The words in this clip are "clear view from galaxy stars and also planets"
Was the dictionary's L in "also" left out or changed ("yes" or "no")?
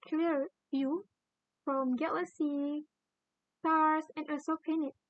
yes